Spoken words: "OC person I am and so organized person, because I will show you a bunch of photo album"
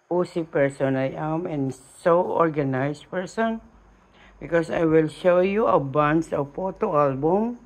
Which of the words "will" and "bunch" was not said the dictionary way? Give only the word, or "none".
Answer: bunch